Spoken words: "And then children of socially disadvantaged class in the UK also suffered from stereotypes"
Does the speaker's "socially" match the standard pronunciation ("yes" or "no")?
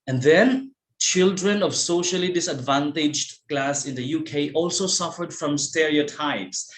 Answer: yes